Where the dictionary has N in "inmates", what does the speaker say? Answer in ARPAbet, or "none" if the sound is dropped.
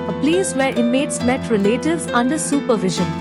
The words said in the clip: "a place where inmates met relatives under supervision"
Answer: none